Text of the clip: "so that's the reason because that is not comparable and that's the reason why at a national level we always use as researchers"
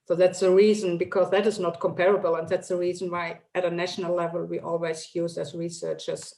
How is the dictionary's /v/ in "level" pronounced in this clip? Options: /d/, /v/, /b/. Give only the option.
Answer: /v/